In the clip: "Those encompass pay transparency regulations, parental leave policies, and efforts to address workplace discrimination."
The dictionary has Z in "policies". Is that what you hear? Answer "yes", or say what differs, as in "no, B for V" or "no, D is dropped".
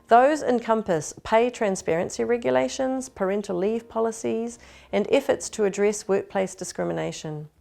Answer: yes